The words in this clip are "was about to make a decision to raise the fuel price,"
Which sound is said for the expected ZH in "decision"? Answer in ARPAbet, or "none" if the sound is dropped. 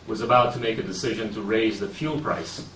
ZH